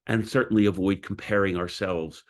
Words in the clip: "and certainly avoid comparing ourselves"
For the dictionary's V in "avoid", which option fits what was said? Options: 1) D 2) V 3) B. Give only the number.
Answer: 2